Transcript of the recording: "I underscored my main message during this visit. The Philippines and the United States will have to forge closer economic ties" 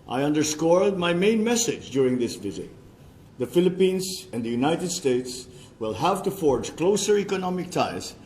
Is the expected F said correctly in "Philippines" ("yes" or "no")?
yes